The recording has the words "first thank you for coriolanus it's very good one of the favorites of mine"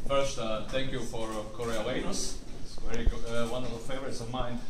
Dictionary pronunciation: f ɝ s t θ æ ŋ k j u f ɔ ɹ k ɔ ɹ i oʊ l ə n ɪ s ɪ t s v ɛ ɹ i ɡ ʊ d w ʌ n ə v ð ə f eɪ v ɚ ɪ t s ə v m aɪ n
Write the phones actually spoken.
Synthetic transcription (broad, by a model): f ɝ s t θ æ ŋ k j u f ɔ ɹ k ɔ ɹ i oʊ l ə ɪ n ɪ s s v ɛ ɹ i ɡ ʊ d w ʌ n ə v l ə f eɪ v ɚ ɪ t s ə v m aɪ n